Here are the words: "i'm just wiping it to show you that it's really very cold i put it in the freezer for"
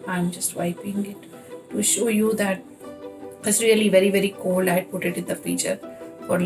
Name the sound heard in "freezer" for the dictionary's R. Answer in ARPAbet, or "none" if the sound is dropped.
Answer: none